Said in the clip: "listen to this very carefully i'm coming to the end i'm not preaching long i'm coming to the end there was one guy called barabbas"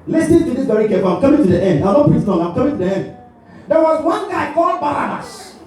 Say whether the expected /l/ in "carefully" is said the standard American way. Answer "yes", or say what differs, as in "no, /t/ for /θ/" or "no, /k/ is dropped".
no, /l/ is dropped